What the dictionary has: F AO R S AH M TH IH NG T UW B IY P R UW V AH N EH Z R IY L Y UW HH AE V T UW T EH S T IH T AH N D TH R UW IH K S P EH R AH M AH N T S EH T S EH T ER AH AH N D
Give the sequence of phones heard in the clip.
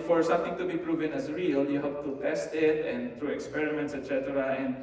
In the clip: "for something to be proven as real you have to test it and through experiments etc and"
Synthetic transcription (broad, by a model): F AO R S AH M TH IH NG T UW B IY P R UW V AH N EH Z R IY L Y UW HH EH P T UW T EH S T IH T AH N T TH R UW IH K S P EH R AH M AH N T S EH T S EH T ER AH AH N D